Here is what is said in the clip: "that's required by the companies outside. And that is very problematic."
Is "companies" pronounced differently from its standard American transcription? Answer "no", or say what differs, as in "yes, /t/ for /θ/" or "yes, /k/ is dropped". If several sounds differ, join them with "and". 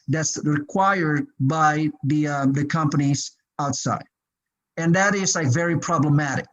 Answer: no